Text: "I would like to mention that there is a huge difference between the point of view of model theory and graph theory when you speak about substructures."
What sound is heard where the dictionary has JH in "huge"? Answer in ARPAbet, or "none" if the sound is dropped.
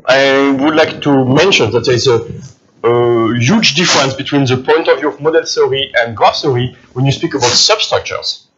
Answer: JH